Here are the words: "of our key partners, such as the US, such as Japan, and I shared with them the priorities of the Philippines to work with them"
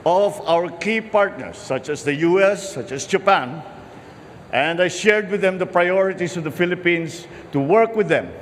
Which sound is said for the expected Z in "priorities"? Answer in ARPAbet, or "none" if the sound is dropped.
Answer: S